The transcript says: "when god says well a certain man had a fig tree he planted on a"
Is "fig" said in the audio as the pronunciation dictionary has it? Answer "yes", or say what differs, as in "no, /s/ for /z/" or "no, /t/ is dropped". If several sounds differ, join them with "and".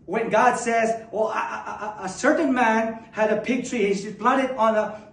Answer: no, /p/ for /f/